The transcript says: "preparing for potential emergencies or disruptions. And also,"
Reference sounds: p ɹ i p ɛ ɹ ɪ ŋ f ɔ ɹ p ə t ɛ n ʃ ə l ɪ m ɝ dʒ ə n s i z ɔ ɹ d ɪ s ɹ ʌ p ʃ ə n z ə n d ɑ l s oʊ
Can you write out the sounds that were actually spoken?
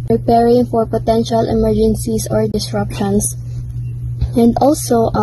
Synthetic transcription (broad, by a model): p ɹ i p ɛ ɹ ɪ ŋ f ɔ ɹ p ə t ɛ n ʃ ə l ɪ m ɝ dʒ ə n s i s ɔ ɹ d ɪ s ɹ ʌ p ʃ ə n s ə n d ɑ l s oʊ